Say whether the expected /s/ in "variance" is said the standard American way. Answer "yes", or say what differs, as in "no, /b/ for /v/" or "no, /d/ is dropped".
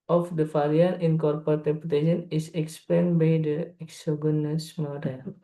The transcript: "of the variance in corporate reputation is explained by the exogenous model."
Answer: no, /s/ is dropped